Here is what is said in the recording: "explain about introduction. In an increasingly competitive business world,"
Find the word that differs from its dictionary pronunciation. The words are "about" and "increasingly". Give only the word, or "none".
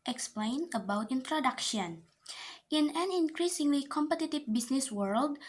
none